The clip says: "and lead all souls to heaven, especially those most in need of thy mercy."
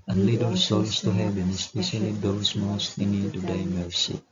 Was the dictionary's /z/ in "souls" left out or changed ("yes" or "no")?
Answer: yes